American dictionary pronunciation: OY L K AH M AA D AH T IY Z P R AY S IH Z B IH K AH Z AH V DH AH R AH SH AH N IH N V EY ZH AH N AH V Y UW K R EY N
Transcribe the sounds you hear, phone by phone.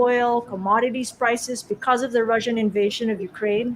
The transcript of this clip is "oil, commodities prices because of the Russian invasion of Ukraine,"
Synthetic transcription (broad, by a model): OY L K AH M AA D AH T IY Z P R AY S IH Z B IH K AH Z AH V DH AH R AH SH AH N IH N V EY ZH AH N AH V Y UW K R EY N